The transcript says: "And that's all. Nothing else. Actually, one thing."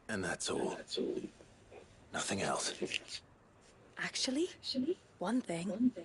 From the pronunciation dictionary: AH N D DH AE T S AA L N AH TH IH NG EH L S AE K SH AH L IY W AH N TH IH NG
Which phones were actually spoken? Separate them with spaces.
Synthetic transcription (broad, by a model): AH N DH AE T S AA L N AH TH IH NG EH L S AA K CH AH L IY W AH N TH IH NG